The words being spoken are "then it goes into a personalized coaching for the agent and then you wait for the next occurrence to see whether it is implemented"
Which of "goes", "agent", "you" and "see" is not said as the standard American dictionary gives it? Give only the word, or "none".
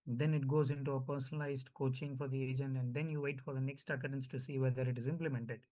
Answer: none